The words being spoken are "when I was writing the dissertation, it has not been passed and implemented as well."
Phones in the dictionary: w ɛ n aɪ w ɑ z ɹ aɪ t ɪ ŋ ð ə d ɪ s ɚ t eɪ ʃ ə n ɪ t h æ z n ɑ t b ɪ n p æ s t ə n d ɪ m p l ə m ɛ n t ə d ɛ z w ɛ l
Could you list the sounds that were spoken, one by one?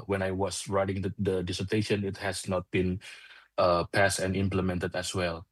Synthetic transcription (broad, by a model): w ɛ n aɪ w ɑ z ɹ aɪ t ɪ ŋ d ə d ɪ s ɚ t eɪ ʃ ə n ɪ t h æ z n ɑ t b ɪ n p æ s t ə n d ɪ m p l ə m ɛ n t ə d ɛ s w ɛ l